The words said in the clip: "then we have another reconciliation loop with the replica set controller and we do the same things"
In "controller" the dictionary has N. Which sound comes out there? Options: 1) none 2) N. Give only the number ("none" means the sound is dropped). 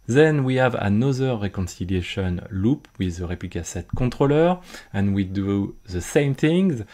1